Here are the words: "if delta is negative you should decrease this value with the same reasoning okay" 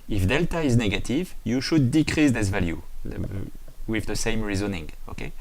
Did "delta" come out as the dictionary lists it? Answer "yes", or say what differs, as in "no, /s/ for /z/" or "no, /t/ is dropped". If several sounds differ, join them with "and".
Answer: yes